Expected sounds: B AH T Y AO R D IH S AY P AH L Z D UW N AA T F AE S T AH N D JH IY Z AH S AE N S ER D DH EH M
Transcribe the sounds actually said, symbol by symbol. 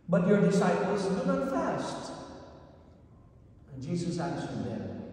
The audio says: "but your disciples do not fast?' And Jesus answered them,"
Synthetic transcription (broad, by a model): B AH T Y AO R D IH S AY P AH L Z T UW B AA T F AE S T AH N JH IY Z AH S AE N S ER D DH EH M